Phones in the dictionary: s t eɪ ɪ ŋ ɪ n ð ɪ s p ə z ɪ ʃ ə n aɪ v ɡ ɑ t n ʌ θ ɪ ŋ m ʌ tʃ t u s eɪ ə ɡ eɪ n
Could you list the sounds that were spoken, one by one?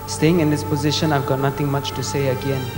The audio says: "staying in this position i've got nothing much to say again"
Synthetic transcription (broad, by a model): s t eɪ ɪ ŋ ɪ n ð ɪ s p ə z ɪ ʃ ə n aɪ v ɡ ɑ t n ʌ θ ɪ ŋ m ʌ tʃ t u s eɪ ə ɡ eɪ n